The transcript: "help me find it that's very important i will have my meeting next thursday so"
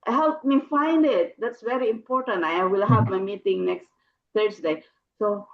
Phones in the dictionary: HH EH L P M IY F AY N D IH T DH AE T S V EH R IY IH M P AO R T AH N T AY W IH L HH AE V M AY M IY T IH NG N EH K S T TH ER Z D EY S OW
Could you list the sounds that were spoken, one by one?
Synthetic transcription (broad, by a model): HH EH L P M IY F AY N D IH T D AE T S V EH R IY IH M P AO R T AH N T AY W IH L HH AE V M AY M IY T IH NG N EH K S T T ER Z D EY S OW